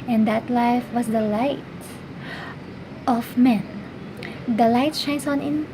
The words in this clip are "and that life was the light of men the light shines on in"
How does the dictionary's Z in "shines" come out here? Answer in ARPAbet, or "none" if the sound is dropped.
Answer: S